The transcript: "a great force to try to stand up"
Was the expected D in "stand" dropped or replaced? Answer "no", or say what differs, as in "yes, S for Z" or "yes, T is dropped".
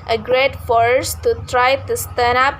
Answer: yes, D is dropped